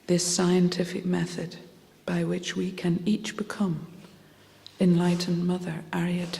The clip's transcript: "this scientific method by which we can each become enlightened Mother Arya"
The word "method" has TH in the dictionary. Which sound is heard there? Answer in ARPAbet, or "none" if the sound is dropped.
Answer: TH